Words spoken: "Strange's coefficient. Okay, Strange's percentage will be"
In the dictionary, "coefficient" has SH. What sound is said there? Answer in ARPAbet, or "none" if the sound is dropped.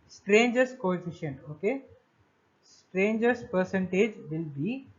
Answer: SH